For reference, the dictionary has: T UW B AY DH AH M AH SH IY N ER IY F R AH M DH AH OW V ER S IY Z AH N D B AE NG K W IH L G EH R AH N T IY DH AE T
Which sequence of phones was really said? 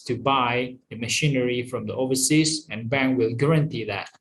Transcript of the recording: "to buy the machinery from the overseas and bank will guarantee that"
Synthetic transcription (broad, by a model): T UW B AY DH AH M AH SH IY N ER IY F R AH M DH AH OW V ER S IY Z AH N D B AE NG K W IH L G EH R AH N T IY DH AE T